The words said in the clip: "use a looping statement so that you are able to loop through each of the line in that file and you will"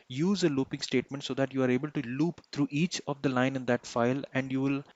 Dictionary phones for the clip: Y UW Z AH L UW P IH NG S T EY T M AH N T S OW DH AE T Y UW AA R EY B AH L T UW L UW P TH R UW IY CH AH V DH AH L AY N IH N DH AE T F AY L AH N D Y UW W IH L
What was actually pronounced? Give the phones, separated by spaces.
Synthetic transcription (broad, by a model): Y UW Z AH L UW P IH NG S T EY T M AH N T S OW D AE T Y UW AA R EY B AH L T UW L UW P T R UW IY CH AH V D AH L AY N IH N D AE T F AY L AH N D Y UW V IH L